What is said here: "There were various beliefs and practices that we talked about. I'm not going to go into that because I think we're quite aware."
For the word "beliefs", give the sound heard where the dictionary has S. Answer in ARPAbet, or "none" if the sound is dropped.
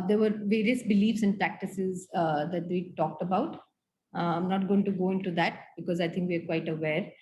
S